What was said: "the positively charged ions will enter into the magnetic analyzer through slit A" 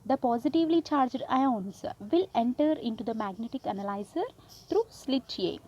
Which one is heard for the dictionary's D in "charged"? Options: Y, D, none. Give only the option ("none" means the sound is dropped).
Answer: D